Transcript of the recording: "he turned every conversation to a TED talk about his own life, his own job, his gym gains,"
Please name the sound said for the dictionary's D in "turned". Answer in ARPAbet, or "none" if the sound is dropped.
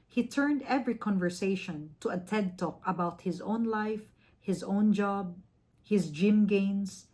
D